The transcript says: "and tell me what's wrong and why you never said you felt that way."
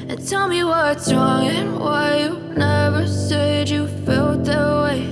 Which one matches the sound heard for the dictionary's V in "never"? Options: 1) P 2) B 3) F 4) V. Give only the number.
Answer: 4